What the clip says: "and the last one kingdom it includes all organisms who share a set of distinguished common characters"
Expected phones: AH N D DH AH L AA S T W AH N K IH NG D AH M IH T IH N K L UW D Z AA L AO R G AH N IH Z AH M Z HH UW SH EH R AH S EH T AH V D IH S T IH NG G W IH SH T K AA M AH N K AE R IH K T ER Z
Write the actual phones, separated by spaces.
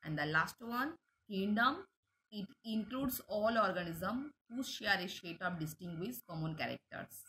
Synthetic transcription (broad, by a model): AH N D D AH L AA S T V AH N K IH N D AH M IH T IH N K L UW D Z AA L AO R G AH N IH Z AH M HH UW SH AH R AH SH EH T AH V D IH S T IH NG G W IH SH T K AA M AH N K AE R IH K T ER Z